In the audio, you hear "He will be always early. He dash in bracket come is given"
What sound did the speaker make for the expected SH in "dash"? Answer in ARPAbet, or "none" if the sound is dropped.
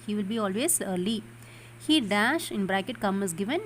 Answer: SH